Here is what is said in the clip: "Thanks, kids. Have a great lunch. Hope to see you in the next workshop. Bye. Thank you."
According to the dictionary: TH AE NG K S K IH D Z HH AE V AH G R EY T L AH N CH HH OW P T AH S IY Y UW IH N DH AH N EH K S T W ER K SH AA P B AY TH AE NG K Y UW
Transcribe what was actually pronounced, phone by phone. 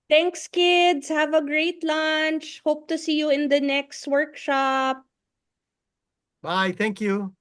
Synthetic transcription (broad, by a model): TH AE NG K S K IH D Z HH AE V AH G R EY T L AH N CH HH OW P T AH S IY Y UW IH N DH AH N EH K S T W ER K SH AA P B AY TH AE NG K Y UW